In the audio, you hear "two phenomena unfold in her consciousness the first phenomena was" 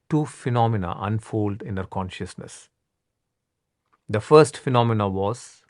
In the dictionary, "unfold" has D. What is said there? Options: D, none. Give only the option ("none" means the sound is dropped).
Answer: D